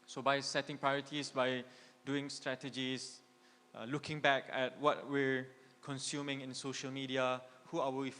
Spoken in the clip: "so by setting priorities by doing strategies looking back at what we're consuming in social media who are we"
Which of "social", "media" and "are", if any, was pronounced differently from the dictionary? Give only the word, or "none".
are